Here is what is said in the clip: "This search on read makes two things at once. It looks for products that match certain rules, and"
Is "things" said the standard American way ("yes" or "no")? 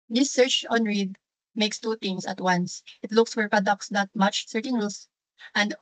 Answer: no